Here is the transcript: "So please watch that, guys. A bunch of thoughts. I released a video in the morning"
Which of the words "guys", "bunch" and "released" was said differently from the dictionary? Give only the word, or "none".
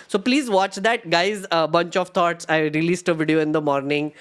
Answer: none